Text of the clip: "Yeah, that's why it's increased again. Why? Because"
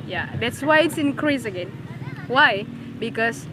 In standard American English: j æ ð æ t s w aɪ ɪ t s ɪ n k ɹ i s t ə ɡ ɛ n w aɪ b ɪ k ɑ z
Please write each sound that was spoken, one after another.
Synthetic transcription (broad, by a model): j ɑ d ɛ t s w aɪ ɪ t s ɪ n k ɹ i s ə ɡ ɛ n w aɪ b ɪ k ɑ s